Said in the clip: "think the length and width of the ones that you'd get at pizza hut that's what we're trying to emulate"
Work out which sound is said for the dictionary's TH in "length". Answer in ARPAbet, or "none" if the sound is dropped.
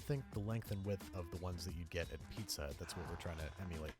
TH